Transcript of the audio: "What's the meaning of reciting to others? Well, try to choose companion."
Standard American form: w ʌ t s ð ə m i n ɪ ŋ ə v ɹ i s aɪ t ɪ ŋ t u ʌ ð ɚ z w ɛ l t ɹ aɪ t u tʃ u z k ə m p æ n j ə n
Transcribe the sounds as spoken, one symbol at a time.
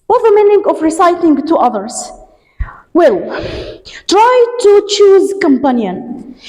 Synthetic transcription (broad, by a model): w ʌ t ð ə m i n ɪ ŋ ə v ɹ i s aɪ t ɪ ŋ t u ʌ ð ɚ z w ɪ l t ɹ aɪ t u tʃ u z k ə m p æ n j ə n